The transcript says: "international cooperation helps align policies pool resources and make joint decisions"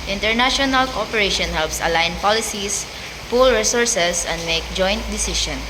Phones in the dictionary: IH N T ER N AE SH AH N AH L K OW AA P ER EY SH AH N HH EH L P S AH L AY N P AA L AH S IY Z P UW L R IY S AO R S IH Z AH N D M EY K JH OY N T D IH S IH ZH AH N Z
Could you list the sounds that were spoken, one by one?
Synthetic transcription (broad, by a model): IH N T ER N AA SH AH N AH L K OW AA P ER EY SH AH N HH EH L P S AH L AY N P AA L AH S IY S P UW L R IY S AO R S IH S AH N D M EY K JH OY N T D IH S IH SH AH N